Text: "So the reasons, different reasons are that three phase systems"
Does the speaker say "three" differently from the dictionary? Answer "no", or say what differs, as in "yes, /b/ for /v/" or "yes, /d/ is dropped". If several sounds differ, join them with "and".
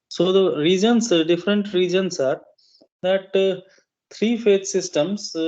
yes, /t/ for /θ/